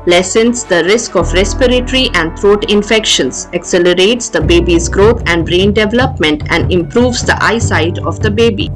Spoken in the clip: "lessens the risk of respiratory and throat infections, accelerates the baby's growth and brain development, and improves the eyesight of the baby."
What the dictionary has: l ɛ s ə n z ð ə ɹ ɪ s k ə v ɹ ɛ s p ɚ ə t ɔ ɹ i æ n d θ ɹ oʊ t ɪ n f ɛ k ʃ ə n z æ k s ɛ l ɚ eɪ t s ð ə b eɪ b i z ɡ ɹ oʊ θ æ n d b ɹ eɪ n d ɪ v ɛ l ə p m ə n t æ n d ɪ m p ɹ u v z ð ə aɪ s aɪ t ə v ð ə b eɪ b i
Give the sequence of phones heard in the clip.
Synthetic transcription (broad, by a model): l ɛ s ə n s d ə ɹ ɪ s k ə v ɹ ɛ s p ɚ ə t ɹ i æ n d t ɹ oʊ t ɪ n f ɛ k ʃ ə n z æ k s ɛ l ɚ eɪ t s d ə b eɪ b i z ɡ ɹ oʊ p æ n d ɹ eɪ n d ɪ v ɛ l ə p m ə n t æ n d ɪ m p ɹ u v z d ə aɪ s aɪ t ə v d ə b eɪ b i